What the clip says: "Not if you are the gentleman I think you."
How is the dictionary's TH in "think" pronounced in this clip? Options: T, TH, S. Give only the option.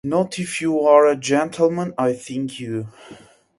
TH